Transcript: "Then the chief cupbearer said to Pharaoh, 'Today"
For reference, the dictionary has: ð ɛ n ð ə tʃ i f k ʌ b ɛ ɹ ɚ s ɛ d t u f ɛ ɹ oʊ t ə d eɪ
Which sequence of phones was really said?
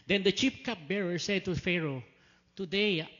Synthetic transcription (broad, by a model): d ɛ n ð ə tʃ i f k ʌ b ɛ ɹ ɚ s ɛ d t u f ɛ ɹ oʊ t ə d eɪ